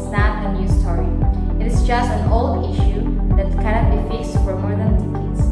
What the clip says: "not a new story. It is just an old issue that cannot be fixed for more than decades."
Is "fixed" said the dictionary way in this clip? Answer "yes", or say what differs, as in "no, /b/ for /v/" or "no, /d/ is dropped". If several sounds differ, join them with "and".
yes